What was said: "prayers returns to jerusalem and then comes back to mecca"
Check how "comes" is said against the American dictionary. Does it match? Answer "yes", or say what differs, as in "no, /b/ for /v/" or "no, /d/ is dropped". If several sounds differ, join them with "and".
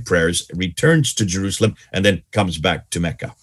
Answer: yes